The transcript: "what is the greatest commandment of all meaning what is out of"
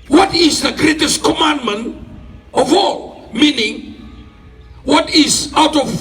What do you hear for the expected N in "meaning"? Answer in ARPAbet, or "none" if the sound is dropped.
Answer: N